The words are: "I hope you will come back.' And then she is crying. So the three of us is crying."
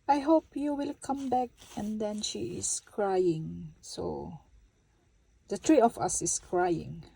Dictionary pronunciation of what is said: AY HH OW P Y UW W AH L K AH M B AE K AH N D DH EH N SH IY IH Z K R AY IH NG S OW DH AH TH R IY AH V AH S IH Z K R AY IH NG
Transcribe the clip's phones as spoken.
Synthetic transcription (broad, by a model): AY HH OW P Y UW W AH L K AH M B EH K AH N D EH N SH IY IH S K R AY IH NG S OW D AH T R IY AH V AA S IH S K R AY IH NG